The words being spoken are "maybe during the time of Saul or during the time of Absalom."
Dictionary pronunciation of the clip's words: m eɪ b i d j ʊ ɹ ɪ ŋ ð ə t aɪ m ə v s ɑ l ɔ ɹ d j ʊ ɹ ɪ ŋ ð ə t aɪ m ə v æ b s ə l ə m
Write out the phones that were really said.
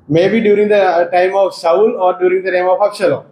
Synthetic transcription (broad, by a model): m eɪ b i d j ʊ ɹ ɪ ŋ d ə t aɪ m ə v s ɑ n ɔ ɹ d j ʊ ɹ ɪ ŋ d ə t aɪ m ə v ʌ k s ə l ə